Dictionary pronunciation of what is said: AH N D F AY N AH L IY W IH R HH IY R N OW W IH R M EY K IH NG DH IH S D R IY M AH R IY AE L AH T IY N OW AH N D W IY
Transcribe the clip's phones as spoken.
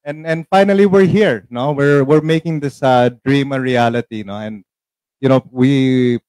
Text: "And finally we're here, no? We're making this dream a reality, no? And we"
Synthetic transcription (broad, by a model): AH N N F AY N AH L IY W IH R HH IY R N OW W IH R M EY K IH NG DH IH S D R IY M AH R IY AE L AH T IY N OW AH N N W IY